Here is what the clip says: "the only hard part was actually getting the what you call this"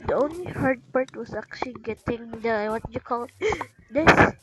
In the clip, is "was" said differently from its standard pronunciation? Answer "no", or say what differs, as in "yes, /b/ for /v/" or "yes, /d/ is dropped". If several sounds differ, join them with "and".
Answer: yes, /s/ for /z/